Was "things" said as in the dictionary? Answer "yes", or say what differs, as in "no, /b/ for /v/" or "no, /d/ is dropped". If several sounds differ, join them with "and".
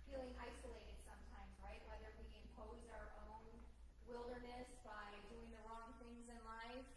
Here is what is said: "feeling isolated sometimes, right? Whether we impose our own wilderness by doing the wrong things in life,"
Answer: yes